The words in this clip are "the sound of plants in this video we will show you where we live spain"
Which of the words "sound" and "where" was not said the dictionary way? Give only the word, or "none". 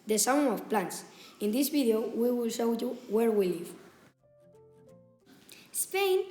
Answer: sound